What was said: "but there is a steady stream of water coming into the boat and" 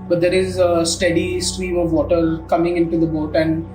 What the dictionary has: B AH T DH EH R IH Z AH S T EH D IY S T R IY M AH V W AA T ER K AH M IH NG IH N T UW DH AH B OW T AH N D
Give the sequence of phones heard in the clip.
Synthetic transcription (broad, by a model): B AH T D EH R IH Z AH S T EH D IY S T R IY M AH V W AA T ER K AH M IH NG IH N T UW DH AH B OW T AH N D